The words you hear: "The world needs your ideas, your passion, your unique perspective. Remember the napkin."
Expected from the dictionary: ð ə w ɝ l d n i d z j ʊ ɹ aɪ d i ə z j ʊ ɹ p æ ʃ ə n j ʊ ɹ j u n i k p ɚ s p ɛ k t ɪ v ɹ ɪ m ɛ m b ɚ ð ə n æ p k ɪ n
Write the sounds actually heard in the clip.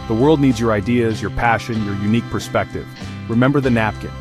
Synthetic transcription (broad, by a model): ð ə w ɝ l d n i d z j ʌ ɹ aɪ d i ə z j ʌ ɹ p æ ʃ ə n j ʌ ɹ j u n i k p ɚ s p ɛ k t ɪ v ɹ ɪ m ɛ m b ɚ ð ə n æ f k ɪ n